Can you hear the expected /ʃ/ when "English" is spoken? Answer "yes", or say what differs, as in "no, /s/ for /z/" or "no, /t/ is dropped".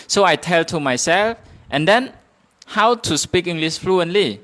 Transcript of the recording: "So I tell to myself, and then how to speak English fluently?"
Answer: no, /s/ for /ʃ/